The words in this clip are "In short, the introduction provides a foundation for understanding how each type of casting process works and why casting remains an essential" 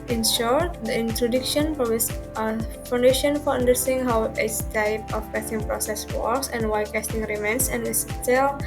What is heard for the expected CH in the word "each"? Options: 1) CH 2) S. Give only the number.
2